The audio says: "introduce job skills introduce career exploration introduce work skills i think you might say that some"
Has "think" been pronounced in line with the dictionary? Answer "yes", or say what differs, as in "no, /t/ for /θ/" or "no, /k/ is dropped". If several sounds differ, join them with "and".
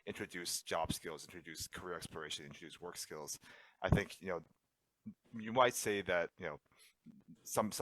yes